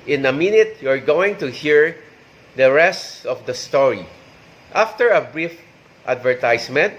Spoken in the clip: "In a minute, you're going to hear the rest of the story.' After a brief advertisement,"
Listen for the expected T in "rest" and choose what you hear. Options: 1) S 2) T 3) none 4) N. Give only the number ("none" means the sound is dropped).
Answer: 2